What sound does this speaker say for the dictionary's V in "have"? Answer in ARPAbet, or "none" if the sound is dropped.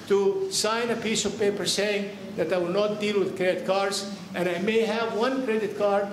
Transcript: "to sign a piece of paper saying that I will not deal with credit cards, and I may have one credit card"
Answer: V